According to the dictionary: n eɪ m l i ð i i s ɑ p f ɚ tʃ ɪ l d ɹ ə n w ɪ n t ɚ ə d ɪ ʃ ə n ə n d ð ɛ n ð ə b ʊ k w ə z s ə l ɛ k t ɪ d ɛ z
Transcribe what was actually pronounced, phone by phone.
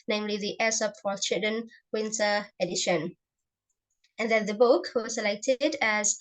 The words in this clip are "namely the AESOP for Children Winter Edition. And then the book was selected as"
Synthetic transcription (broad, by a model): n eɪ m l i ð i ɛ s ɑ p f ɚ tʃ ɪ d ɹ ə n w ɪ n t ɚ ə d ɪ ʃ ə n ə n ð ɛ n ð ə b ʊ k w ə z s ə l ɛ k t ɪ d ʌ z